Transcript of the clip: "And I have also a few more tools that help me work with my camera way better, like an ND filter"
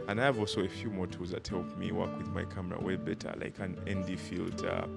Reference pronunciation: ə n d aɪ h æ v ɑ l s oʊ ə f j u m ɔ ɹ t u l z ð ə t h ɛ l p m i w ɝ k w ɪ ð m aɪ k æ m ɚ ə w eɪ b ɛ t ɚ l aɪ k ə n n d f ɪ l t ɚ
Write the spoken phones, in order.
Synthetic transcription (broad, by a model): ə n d aɪ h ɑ v ɑ l s oʊ ə f j u m ɔ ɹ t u z ð ə t h ɛ l p m i w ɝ k w ɪ ð m aɪ k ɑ m ɚ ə w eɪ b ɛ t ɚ l aɪ k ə n n d f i l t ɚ